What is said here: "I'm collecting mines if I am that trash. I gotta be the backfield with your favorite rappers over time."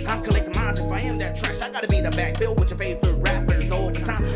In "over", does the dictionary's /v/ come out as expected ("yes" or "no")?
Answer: no